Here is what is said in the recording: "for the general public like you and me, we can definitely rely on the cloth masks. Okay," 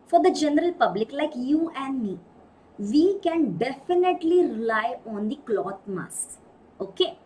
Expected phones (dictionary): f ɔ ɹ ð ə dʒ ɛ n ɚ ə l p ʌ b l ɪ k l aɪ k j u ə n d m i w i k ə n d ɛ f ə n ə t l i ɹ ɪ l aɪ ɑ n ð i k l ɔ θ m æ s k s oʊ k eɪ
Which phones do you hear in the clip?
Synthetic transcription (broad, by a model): f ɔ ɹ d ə dʒ ɛ n ɚ ə l p ʌ b l ɪ k l aɪ k j u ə n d m i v i k ə n d ɛ f ə n ə t l i ɹ ɪ l aɪ ɑ n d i k l ɔ t m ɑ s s oʊ k eɪ